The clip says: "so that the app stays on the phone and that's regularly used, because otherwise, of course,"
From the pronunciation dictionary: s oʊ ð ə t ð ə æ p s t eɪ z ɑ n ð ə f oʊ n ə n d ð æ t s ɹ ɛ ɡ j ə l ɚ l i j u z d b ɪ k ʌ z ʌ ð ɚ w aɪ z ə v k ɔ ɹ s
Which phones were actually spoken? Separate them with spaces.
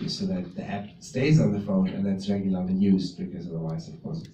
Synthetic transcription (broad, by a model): s oʊ ð ə t ð ə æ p s t eɪ z n ð ə f oʊ n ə n ð æ t s ɹ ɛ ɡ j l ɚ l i j u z b ɪ k ʌ z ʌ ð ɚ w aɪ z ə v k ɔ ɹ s